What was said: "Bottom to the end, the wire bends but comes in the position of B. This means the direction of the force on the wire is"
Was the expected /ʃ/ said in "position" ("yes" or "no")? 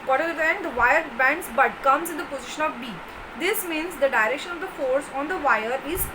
yes